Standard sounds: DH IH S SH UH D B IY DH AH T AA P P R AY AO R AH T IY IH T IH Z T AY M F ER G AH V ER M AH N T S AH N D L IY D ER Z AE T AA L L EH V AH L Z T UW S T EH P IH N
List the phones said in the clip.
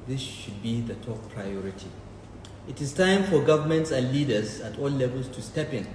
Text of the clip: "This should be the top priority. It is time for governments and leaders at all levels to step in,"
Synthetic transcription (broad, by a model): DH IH S SH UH D B IY DH AH T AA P P R AY AO R AH T IY IH T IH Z T AY M F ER G AH V ER M AH N T S AH N D L IY D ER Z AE T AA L L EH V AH L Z T UW S T EH P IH N